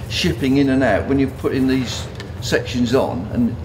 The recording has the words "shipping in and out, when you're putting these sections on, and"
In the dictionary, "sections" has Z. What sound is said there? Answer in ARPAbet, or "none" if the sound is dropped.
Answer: Z